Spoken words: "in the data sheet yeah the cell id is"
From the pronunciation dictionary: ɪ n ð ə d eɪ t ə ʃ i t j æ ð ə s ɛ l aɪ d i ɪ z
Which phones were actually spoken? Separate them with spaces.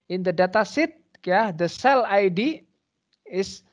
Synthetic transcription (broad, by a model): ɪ n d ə d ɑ t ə s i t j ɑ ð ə s ɛ l aɪ d i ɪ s